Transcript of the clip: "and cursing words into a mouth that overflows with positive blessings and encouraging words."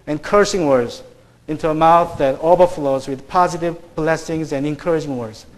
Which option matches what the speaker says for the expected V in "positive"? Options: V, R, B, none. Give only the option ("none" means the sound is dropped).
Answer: V